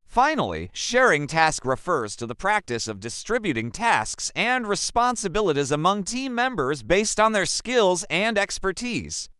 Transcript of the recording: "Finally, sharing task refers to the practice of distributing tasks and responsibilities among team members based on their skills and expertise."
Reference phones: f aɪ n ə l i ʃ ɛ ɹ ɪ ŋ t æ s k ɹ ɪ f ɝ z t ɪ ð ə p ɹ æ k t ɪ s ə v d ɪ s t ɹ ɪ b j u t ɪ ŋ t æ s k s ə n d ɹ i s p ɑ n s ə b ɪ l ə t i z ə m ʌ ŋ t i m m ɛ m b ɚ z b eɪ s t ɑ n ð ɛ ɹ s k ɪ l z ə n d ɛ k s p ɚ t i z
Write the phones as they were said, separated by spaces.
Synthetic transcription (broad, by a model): f aɪ n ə l i ʃ ɛ ɹ ɪ ŋ t æ s k ɹ ɪ f ɝ z t ɪ ð ə p ɹ æ k t ɪ s ə v d ɪ s t ɹ ɪ b j u t ɪ ŋ t æ s k s ə n d ɹ i s p ɑ n s ə b ɪ l ə t i z ə m ʌ ŋ t i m m ɛ m b ɚ z b eɪ s t n ð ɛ ɹ s k ɪ l z ə n d ɛ k s p ɚ t i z